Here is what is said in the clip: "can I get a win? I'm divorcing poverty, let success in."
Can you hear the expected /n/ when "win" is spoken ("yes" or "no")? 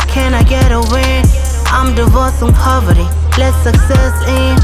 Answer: no